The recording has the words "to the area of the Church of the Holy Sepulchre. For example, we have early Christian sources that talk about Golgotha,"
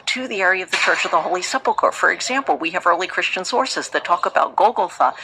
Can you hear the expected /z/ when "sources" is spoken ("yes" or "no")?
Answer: yes